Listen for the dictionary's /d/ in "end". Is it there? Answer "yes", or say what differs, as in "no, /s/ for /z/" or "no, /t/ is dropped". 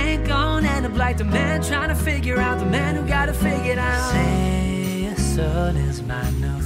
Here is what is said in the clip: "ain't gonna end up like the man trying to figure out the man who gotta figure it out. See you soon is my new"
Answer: no, /d/ is dropped